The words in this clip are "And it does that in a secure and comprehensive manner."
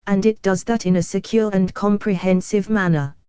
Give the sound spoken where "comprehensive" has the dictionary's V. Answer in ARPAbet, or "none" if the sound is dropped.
V